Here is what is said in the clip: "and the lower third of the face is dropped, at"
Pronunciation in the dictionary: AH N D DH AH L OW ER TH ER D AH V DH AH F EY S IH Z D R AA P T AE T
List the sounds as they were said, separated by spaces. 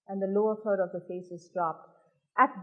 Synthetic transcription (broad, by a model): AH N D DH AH L OW ER F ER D AH V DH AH F EY S IH Z D R AA P T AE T